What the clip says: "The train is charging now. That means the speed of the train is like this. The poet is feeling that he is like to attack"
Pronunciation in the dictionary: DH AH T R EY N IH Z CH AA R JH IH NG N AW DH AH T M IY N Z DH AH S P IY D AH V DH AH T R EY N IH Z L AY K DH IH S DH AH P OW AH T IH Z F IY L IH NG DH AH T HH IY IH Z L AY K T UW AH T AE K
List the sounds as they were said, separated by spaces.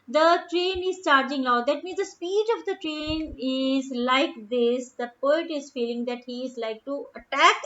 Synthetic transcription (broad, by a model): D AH T R EY N IH Z CH AA R JH IH NG L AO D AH T M IY N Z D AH S P IY D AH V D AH T R EY N IH Z L AY K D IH S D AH P OW AH T IH Z F IY L IH NG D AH T HH IY IH Z L AY K T UW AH T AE K